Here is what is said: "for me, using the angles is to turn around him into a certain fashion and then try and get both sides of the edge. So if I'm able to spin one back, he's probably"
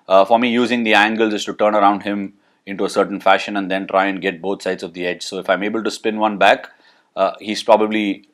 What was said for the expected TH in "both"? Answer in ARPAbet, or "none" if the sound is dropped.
T